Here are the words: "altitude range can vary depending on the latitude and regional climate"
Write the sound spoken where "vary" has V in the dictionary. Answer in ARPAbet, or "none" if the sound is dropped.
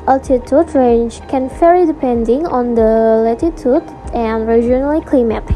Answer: F